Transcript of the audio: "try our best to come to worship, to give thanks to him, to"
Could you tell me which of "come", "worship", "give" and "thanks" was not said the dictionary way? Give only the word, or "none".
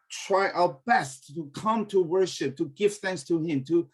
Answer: none